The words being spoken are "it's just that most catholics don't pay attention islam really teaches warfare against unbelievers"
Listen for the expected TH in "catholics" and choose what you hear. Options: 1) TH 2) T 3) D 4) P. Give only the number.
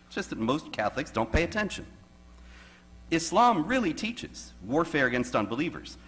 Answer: 1